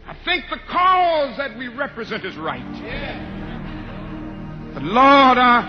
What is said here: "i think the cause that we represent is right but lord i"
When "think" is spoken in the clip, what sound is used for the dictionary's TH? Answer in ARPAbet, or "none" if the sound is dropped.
TH